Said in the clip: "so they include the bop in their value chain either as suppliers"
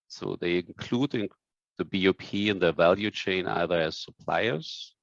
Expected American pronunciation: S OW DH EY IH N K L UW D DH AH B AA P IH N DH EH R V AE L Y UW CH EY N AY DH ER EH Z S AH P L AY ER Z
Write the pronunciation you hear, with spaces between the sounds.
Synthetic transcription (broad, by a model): S OW DH EY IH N K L UW D DH AH B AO P IH N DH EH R V AE L Y UW CH EY N AY DH ER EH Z S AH P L AY ER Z